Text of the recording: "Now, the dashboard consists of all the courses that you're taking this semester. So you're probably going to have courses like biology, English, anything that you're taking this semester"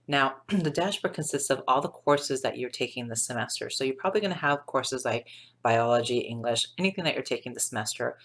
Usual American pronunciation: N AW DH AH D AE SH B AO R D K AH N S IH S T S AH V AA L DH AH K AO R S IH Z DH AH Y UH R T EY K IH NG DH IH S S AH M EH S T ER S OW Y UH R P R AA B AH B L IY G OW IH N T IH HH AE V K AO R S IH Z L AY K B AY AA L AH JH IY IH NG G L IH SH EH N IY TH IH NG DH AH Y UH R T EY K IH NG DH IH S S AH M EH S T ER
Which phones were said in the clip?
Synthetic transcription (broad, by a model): N AW DH AH D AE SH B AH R K AH N S IH S T S AH V AA L DH AH K AO R S IH Z DH AH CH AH R T EY K IH NG DH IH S S AH M EH S T ER S OW Y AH R P R AA B AH B L IY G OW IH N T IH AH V K AO R S IH Z L AY K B AY AA L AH JH IY IH NG G L IH SH EH N IY TH IH NG DH AH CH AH R T EY K IH NG DH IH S S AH M EH S T ER